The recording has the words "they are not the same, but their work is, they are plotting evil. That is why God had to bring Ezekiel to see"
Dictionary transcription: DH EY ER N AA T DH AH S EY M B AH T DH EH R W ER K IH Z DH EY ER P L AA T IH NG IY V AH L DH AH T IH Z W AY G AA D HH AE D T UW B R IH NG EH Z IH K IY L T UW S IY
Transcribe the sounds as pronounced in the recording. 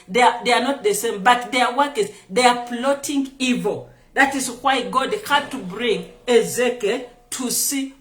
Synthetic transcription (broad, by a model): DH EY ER N AA T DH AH S EY M B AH T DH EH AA W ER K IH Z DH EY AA P L AA T IH NG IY V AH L DH AH T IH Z W AY G AA D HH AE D T UW B R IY NG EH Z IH K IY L T UW S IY